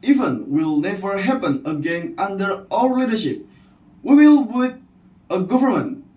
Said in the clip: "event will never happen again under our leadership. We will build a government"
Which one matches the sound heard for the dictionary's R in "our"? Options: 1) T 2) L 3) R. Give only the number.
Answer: 2